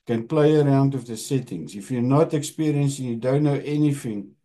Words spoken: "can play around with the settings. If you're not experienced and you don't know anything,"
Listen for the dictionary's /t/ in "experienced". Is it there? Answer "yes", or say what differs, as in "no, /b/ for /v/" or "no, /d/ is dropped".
no, /t/ is dropped